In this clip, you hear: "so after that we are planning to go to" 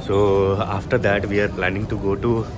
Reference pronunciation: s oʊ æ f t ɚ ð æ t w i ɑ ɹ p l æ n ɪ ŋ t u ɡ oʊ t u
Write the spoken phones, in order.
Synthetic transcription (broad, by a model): s oʊ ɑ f t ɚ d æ t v i ɑ ɹ p l æ n ɪ ŋ t u ɡ oʊ t u